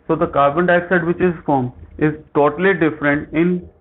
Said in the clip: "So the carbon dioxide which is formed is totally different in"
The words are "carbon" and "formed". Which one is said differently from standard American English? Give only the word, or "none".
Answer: formed